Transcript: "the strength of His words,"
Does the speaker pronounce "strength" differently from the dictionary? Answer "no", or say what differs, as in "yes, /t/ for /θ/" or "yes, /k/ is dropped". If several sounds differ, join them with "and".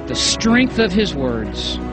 no